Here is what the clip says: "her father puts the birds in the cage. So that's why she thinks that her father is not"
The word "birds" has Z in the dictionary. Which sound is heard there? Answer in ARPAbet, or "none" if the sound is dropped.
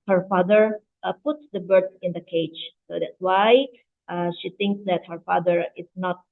none